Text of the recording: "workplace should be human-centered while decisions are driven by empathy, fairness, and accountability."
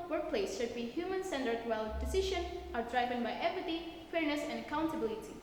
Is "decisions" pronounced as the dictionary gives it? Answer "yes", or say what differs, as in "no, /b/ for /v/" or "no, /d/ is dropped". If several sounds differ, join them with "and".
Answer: no, /z/ is dropped